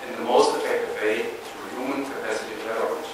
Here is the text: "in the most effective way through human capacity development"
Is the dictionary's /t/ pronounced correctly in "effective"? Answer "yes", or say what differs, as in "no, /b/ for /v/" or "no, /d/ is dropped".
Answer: yes